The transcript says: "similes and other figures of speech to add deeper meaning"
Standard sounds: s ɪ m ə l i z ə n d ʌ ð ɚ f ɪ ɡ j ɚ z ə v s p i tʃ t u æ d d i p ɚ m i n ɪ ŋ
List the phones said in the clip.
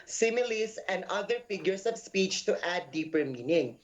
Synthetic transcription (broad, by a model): s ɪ m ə l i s ə n d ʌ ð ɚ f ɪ ɡ j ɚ s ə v s p i tʃ t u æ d d i p ɚ m i n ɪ ŋ